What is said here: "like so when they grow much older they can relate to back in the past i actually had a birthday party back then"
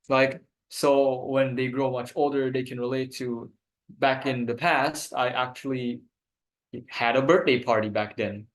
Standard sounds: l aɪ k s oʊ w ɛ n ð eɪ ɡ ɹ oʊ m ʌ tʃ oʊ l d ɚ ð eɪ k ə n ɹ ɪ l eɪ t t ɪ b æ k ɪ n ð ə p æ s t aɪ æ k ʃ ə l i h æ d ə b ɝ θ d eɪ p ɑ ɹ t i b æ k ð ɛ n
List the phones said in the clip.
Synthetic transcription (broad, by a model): l aɪ k s oʊ w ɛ n ð eɪ ɡ ɹ oʊ m ʌ tʃ oʊ l d ɚ ð eɪ k ə n ɹ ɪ l eɪ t t ɪ b æ k ɪ n ð ə p æ s t aɪ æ k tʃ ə l i h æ d ə b ɝ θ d eɪ p ɑ ɹ t i b æ k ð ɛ n